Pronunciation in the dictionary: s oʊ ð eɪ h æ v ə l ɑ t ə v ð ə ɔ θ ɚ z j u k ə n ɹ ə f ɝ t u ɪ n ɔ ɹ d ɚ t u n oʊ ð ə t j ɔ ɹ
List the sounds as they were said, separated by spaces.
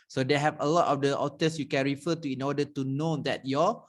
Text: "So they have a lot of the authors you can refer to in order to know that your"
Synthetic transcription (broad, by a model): s oʊ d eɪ h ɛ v ə l ɑ t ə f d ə ɔ t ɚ s j u k ə n ɹ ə f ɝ t u ɪ n ɔ d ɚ t u n oʊ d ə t j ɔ